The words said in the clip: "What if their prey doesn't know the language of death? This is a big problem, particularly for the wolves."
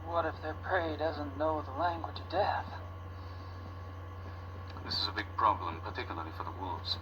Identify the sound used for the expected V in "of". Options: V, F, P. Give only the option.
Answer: V